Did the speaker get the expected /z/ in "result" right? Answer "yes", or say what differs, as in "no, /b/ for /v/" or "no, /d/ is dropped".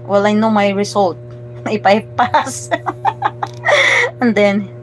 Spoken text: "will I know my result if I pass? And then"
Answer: no, /s/ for /z/